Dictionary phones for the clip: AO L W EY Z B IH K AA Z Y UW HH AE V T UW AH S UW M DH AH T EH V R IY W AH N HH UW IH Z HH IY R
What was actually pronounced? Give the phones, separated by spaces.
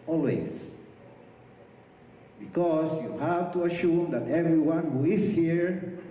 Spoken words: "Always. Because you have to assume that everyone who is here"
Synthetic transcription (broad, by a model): AO L W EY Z B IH K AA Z Y UW HH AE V T UW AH SH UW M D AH T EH V R IY W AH N HH UW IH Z HH IY R